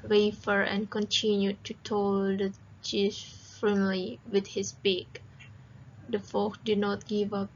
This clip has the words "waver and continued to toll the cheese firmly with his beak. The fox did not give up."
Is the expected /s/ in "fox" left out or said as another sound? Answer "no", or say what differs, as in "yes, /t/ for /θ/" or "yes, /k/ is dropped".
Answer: yes, /s/ is dropped